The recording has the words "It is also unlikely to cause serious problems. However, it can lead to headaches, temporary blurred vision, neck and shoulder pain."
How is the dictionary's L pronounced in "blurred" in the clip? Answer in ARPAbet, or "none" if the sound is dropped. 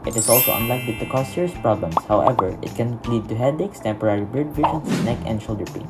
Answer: none